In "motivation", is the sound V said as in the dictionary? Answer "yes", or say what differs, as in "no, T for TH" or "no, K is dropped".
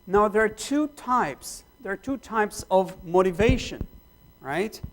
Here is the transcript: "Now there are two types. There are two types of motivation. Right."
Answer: yes